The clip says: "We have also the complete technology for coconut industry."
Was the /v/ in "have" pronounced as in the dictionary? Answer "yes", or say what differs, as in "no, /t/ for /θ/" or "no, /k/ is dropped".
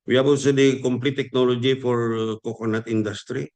no, /b/ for /v/